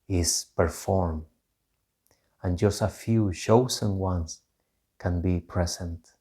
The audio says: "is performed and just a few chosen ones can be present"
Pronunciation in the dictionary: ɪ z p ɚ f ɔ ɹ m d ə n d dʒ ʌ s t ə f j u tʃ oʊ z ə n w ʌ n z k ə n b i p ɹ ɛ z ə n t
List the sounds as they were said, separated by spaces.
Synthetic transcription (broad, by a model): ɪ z p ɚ f ɔ ɹ m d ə n dʒ ʌ s t ə f j u ʃ oʊ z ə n w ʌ n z k ə n b i p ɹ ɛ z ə n t